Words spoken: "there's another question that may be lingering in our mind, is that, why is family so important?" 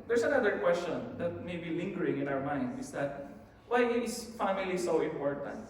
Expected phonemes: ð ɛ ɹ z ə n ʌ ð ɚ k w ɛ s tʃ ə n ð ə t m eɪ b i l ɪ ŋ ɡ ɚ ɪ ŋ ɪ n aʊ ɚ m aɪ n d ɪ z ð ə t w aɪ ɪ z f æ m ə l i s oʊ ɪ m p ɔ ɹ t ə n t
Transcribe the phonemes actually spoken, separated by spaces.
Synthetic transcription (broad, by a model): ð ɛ ɹ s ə n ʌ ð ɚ k w ɛ s tʃ ə n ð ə t m eɪ b i l ɪ ŋ ɡ ɚ ɪ ŋ ɪ n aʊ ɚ m aɪ n d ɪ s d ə t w aɪ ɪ s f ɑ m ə l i s oʊ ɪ m p ɔ ɹ t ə n t